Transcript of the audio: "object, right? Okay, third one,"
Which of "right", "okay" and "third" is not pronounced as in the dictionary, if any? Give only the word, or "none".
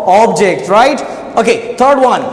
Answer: third